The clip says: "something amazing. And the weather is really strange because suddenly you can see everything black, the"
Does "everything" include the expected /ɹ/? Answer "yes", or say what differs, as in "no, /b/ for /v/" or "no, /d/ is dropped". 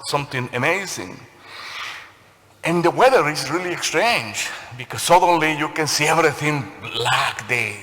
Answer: yes